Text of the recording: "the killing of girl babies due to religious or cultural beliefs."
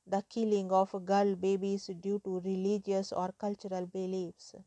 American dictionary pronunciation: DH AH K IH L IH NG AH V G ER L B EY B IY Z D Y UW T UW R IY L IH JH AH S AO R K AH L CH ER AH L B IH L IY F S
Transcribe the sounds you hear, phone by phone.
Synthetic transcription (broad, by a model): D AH K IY L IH NG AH F G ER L B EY B IY S D Y UW T UW R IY L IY JH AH S AO R K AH L CH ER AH L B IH L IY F S